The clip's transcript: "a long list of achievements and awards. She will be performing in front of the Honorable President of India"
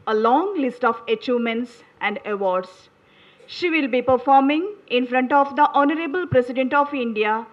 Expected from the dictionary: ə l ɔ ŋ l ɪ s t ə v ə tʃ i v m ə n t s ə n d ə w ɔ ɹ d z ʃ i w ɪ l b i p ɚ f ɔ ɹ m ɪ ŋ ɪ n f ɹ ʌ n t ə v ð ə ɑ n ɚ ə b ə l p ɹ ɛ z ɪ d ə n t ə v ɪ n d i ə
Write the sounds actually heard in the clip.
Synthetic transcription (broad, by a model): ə l ɔ ŋ l ɪ s t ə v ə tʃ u m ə n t s ə n d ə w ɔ ɹ d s ʃ i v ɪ l b i p ɚ f ɔ ɹ m ɪ ŋ ɪ n f ɹ ʌ n t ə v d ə ɑ n ɚ ə b ə l p ɹ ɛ s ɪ d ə n t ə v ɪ n d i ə